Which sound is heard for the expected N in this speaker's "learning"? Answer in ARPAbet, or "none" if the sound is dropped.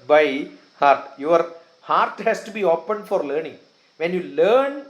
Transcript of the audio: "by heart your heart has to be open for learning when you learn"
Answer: N